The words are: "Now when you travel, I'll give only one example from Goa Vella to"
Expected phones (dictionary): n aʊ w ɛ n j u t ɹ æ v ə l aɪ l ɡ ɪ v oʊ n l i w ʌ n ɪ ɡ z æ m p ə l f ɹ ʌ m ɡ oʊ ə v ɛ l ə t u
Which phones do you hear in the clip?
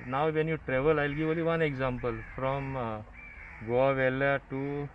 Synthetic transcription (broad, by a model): n aʊ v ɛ n j u t ɹ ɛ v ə l aɪ l ɡ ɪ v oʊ l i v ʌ n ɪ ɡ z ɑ m p ə l f ɹ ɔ m ɡ oʊ ə v ɛ l ə t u